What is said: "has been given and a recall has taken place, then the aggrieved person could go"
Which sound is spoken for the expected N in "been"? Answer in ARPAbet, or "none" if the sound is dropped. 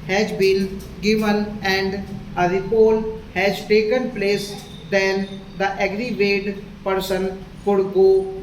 L